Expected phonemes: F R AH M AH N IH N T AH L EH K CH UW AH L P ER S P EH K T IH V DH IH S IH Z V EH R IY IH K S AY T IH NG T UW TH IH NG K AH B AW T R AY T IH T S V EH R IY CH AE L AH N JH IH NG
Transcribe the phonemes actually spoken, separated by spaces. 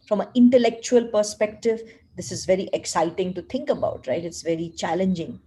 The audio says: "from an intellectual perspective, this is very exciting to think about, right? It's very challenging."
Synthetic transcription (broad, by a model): F R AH M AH IH N T AH L EH K CH UW AH L P ER S P EH K T IH V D IH S IH Z V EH R IY IH K S AY T IH NG T UW T IH NG K AH B AW T R AY T IH T S V EH R IY CH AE L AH N JH IH NG